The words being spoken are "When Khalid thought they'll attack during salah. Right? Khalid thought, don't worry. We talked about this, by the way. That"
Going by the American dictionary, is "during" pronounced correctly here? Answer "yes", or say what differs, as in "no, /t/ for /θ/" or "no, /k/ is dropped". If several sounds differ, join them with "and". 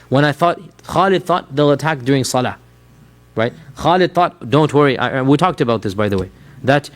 yes